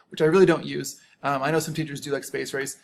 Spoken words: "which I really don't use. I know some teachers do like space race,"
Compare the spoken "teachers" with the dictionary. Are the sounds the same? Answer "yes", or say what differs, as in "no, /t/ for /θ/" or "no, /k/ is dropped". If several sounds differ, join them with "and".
yes